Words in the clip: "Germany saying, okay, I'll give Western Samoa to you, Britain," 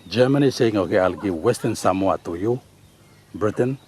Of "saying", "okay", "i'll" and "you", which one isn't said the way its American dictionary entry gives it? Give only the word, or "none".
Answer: none